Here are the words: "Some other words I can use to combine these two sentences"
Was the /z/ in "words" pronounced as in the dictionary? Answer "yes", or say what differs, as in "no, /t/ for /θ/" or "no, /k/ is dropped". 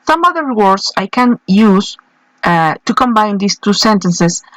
no, /s/ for /z/